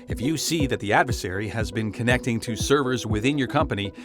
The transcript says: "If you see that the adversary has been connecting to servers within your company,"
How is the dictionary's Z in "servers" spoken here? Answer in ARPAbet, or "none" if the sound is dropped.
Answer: Z